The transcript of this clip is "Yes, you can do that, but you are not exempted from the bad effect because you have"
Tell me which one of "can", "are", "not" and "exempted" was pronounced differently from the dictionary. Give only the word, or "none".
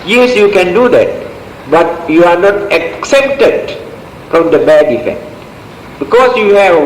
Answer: exempted